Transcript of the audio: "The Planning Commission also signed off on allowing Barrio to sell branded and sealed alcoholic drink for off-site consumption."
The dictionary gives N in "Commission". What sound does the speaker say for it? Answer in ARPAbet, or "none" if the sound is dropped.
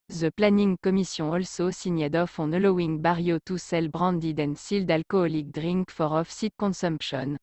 none